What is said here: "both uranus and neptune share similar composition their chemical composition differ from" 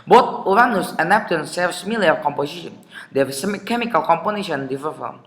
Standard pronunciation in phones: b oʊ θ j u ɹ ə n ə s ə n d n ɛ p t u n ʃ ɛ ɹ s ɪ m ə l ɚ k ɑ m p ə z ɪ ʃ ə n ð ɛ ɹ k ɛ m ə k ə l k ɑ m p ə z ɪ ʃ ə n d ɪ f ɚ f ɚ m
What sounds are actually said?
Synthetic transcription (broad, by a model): b oʊ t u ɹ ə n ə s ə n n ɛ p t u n s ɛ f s m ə l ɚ k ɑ m p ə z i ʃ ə n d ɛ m k ɛ m ə k ə l k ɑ m p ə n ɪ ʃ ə n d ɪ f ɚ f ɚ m